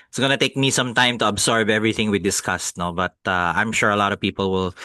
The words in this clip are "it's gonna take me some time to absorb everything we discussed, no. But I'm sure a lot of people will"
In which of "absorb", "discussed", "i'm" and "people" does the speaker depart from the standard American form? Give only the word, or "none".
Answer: absorb